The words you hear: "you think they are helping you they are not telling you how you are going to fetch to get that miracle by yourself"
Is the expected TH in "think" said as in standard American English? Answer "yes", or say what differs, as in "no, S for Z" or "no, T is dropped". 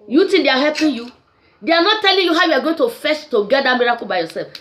no, T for TH